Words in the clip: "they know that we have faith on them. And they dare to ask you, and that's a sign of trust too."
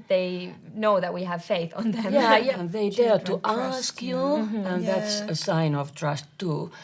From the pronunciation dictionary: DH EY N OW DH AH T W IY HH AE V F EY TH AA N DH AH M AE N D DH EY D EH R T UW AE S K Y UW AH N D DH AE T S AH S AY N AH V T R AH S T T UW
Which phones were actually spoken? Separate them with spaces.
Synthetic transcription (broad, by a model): DH EY N OW DH AH T W IY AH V F EY TH N DH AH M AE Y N DH EY D EH R T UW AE S K Y UW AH N DH AE T S AH S AY N AH V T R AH S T T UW